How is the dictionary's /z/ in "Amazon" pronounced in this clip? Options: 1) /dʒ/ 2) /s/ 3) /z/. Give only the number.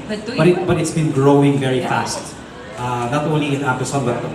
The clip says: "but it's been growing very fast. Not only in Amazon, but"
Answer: 2